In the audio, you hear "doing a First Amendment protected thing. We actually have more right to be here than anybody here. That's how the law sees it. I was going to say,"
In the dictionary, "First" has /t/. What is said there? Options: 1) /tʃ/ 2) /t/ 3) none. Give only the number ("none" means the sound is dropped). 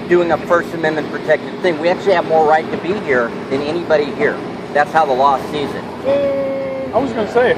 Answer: 2